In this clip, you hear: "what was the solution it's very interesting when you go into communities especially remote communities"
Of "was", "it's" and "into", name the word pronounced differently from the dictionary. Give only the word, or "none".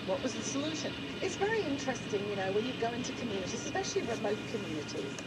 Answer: none